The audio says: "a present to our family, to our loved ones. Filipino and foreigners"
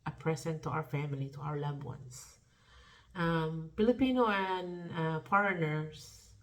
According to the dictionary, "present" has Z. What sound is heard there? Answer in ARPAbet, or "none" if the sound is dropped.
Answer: S